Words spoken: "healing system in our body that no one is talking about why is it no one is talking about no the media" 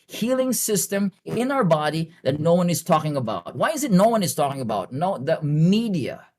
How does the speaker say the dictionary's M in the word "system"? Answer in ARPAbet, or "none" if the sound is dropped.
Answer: M